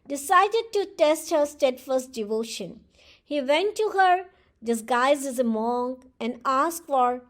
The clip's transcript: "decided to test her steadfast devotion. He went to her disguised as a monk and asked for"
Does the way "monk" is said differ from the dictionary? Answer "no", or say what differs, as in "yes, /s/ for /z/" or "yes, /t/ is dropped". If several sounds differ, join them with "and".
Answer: yes, /k/ is dropped